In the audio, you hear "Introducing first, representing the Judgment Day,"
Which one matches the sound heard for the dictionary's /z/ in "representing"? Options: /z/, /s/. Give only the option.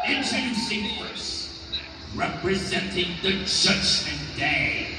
/z/